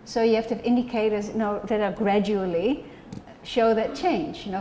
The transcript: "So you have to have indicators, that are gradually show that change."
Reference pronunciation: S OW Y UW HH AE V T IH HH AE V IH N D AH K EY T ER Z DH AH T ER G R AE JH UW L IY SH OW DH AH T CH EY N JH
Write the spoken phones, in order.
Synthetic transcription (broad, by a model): S OW Y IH HH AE F T IH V IH N D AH K EY T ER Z DH AH T ER G R AE JH UW L IY SH OW DH AH T CH EY N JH